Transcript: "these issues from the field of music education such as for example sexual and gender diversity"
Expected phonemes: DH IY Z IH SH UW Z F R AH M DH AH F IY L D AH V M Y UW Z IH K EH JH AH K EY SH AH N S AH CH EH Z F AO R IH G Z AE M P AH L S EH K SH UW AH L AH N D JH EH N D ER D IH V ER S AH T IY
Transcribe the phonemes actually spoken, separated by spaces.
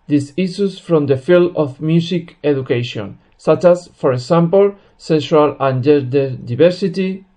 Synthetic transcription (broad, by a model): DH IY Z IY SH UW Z F R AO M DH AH F IY L D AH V M Y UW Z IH K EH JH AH K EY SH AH N S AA CH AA S F AO R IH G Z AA M P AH L S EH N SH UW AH L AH N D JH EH D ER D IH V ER S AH T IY